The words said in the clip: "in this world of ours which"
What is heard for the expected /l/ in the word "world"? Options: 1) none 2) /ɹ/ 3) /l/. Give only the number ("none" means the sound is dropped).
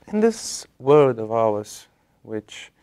1